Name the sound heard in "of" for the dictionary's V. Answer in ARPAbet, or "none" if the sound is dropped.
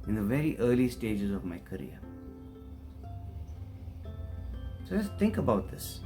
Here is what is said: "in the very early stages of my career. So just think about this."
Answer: V